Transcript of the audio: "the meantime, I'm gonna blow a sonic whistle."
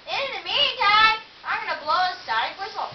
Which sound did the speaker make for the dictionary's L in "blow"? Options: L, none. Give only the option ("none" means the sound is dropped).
L